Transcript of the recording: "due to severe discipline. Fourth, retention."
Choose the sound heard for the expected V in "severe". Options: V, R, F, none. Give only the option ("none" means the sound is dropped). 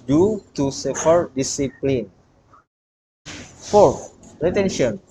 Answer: F